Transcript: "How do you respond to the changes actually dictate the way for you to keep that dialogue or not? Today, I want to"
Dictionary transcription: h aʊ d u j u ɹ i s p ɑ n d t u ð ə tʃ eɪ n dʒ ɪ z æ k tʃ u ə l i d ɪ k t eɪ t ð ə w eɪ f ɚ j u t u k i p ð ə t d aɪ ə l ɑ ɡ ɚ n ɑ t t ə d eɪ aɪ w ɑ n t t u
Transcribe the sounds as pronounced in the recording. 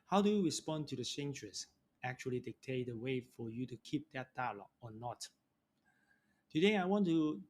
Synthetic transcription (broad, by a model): h aʊ d u j u ɹ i s p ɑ n t u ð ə s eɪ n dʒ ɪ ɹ æ k tʃ u ə l i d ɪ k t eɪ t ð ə w eɪ f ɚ j u t u k i p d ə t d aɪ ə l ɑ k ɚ n ɑ t t ə d eɪ aɪ w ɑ n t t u